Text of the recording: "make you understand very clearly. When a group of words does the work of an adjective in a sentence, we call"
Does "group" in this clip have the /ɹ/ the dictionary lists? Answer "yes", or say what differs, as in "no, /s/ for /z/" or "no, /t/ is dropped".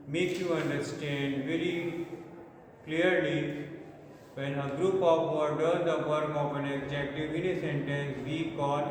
yes